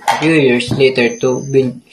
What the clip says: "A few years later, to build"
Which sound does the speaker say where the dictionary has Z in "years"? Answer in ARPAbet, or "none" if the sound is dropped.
S